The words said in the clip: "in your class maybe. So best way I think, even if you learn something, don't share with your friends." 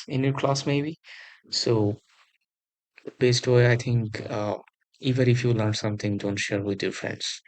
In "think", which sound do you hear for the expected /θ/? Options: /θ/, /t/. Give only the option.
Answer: /t/